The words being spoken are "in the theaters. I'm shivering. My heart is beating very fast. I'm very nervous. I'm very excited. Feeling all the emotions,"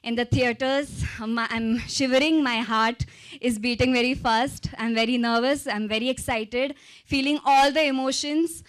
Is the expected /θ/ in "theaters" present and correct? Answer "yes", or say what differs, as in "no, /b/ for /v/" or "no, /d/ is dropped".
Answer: no, /t/ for /θ/